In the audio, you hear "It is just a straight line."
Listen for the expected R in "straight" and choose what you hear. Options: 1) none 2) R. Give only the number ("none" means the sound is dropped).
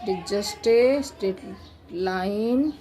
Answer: 1